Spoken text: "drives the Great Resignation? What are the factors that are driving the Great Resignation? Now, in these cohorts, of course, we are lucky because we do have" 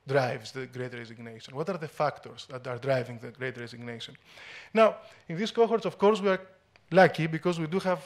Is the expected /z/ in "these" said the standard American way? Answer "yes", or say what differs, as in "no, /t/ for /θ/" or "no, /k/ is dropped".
no, /s/ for /z/